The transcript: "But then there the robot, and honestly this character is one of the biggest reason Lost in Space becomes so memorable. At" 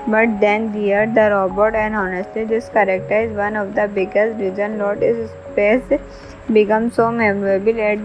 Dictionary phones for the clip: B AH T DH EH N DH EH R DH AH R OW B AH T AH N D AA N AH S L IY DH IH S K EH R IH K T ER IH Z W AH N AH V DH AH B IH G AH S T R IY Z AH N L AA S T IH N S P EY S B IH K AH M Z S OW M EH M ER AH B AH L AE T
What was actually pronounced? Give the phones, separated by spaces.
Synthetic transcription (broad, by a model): B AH T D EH N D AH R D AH R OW B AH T AH N D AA N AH S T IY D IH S K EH R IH K T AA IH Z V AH N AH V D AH B IH G AH S T R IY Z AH N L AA T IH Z S P EY S B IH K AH M S OW M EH M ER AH B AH L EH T